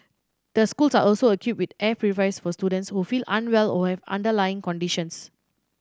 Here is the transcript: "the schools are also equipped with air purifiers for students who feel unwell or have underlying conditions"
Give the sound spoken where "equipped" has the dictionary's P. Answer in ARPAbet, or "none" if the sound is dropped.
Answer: none